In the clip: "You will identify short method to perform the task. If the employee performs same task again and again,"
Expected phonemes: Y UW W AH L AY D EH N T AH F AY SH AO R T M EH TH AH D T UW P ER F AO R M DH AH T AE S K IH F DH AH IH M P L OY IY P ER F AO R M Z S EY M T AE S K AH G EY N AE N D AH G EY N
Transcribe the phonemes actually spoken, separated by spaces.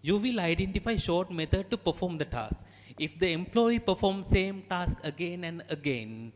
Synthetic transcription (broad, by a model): Y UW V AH L AY D EH N T AH F AY SH AO R T M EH T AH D T UW P ER F AO R M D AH T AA S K IH F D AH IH M P L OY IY P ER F AO R M S EY M T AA S K AH G EY N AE N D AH G EY N